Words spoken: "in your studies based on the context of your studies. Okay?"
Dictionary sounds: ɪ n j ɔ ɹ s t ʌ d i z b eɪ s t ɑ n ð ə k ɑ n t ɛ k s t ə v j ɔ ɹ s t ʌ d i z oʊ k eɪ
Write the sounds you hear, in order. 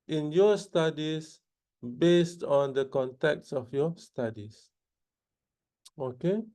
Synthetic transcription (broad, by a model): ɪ n j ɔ s t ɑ d i s b eɪ s t ɑ n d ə k ɑ n t ɛ k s ə f j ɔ s t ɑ d i s oʊ k eɪ